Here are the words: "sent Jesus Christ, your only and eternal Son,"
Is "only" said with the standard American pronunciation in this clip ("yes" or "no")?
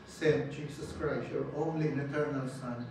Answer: yes